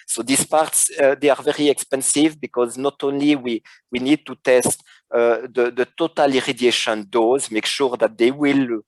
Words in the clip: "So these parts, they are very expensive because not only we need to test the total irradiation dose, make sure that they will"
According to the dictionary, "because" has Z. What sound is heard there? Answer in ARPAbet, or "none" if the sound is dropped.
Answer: Z